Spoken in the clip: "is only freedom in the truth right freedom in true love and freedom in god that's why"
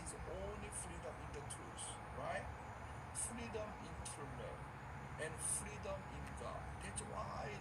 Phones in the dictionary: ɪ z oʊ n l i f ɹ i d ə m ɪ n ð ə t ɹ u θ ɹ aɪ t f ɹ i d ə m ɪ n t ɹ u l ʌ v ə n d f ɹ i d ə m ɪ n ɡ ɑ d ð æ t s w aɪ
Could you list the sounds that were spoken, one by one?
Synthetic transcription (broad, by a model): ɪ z oʊ n l i f ɹ i d ə m ɪ n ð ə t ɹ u s ɹ aɪ t f ɹ i d ə m ɪ n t ʌ n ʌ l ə n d f ɹ i d ə m ɪ n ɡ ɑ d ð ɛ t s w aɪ